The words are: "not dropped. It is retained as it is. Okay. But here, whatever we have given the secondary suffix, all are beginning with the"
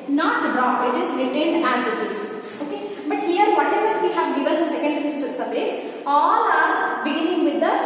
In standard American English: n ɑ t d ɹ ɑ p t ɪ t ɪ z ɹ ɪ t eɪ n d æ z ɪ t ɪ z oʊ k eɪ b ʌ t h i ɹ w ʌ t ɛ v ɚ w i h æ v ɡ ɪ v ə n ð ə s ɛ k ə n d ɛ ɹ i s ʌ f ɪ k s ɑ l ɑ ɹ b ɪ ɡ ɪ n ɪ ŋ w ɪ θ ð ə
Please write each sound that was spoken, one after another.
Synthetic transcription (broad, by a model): n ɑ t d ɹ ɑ ɪ t ɪ z ɹ ɪ t eɪ n d æ z ɪ t ɪ z oʊ k eɪ b ʌ t h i ɹ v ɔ t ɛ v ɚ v i h æ v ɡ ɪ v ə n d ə s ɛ k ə n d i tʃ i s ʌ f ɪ s ɑ l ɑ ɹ b ɪ ɡ ɪ n ɪ ŋ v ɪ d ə